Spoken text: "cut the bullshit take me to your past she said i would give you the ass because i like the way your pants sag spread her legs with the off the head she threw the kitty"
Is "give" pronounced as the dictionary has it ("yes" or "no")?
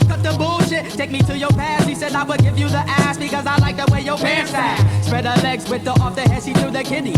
yes